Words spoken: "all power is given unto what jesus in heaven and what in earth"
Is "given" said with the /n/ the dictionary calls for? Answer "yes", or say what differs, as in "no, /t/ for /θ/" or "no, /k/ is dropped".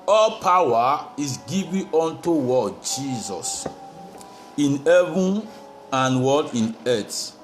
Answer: no, /n/ is dropped